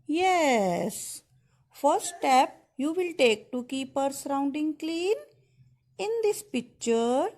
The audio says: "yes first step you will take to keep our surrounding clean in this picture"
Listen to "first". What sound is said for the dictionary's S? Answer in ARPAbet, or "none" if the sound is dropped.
none